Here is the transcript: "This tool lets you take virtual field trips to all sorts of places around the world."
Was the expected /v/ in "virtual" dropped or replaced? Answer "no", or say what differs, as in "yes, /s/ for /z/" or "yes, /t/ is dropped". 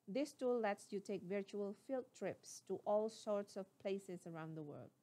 no